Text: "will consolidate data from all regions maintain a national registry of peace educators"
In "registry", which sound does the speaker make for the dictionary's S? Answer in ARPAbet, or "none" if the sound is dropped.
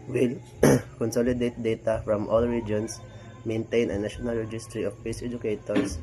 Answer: S